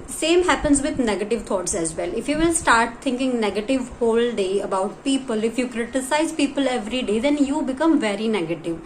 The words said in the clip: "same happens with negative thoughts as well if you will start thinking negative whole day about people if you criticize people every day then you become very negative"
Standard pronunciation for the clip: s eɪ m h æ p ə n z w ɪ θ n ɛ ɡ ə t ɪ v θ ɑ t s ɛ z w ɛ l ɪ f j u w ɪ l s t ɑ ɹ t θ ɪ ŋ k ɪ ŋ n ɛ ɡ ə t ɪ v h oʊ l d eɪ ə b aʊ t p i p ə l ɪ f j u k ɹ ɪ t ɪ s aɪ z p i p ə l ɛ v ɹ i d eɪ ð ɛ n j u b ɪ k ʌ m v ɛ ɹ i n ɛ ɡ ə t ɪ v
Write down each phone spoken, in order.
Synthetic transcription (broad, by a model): s eɪ m h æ p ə n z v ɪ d n ɛ ɡ ə t ɪ v t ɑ t s ɛ z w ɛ l ɪ f j u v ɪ l s t ɑ ɹ t t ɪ ŋ k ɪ ŋ n ɛ ɡ ə t ɪ v h oʊ l d eɪ ə b aʊ t p i p ə l ɪ f j u k ɹ ɪ t ɪ s aɪ z p i p ə l ɛ v ɹ i d eɪ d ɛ n j u b ɪ k ʌ m v ɛ ɹ i n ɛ ɡ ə t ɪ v